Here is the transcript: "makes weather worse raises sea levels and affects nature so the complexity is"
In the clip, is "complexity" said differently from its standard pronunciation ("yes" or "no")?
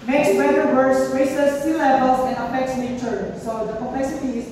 yes